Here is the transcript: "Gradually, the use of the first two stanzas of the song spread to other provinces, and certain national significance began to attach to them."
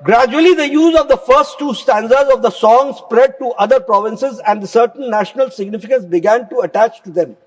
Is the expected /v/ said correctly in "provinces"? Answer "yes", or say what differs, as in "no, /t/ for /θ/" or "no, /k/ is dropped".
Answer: yes